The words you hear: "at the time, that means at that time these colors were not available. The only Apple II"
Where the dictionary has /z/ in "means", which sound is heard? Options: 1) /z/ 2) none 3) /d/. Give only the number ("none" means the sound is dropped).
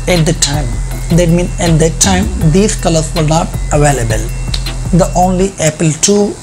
2